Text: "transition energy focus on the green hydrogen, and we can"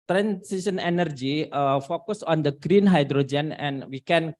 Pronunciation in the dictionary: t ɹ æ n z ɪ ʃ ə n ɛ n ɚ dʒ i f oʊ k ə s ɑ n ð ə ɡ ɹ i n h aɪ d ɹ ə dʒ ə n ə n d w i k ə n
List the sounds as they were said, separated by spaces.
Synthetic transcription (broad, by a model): t ɹ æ n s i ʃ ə n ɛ n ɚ dʒ i f oʊ k ə s ɑ n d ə ɡ ɹ i n h aɪ d ɹ ə dʒ ə n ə n w i k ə n